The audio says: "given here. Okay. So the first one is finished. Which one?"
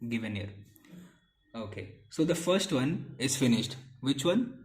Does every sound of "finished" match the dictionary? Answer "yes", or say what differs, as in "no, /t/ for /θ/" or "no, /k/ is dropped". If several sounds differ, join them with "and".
yes